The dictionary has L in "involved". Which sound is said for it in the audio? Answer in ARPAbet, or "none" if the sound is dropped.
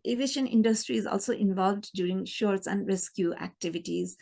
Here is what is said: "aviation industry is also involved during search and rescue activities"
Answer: L